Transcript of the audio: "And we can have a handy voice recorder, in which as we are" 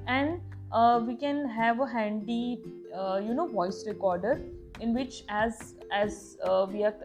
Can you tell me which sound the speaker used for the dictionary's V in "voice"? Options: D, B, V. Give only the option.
V